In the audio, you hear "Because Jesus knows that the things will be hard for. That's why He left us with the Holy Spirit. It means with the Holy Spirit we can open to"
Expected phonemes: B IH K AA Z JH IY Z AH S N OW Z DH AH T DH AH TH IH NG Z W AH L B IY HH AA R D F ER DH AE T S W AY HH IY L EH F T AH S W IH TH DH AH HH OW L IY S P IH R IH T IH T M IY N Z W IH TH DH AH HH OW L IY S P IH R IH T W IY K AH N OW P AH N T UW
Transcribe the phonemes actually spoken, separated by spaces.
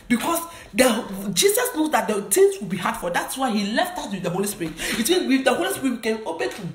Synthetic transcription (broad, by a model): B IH K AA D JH IY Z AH S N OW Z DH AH T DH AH T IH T W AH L B IY HH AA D F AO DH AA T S W AY HH IY L EH F T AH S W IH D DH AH HH OW L IY S P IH R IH T IH T M IY N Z W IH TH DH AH HH OW L IY S P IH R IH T W IY K AH N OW B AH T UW